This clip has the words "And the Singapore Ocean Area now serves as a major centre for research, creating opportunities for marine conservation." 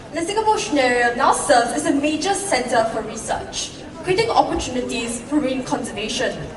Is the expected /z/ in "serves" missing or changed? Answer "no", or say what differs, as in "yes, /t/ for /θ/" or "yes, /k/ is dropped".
yes, /z/ is dropped